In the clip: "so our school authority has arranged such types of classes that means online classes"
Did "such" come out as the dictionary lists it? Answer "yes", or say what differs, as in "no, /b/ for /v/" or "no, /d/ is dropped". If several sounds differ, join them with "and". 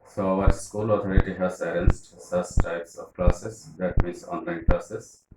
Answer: no, /s/ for /tʃ/